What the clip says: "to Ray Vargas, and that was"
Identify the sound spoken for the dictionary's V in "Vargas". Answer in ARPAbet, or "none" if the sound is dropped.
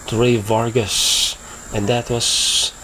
V